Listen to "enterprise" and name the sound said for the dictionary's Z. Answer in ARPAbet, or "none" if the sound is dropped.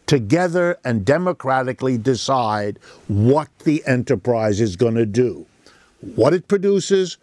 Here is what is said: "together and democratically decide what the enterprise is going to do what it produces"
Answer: Z